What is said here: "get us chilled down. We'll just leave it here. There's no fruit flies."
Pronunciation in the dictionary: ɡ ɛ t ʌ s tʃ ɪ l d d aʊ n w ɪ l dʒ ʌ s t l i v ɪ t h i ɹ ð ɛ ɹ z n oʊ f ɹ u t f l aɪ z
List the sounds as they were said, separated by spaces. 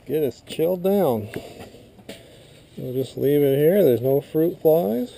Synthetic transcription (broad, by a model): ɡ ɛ t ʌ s tʃ ɪ l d d aʊ n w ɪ l dʒ ʌ s t l i v ɪ t h i ɹ ð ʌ ɹ z n oʊ f ɹ u t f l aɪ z